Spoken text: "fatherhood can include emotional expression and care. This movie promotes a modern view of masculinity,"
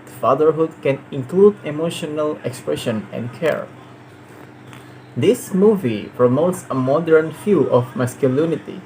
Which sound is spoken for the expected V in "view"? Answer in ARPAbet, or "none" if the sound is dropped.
F